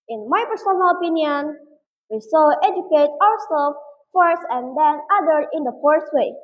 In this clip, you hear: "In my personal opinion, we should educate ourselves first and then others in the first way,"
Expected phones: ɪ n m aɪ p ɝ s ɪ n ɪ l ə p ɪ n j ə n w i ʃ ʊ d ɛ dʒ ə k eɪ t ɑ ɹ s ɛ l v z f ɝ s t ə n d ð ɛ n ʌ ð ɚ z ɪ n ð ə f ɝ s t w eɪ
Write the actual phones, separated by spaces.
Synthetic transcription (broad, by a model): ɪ n m aɪ p ɝ s ɪ n ɪ l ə p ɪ n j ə n w i s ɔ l ɛ dʒ ə k eɪ t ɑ ɹ s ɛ l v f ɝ s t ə n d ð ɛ n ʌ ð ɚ ɪ n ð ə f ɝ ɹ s w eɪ